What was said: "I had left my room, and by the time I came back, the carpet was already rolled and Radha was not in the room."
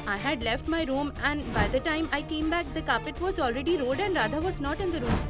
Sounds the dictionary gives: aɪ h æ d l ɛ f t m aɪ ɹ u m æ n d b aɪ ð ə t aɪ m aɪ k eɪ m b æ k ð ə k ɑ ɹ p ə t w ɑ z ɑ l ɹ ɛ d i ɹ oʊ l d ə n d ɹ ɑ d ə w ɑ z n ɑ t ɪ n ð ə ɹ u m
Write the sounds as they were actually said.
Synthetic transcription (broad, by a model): aɪ h æ d l ɛ f t m aɪ ɹ u m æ n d b aɪ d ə t aɪ m aɪ k eɪ m b æ k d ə k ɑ p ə t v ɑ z ɑ l ɹ ɛ d i ɹ oʊ d ə n d ɹ ɑ d ə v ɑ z n ɑ t ɪ n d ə ɹ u m